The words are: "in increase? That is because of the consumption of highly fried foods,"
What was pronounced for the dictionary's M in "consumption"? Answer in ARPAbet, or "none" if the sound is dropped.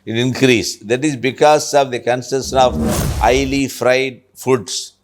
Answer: none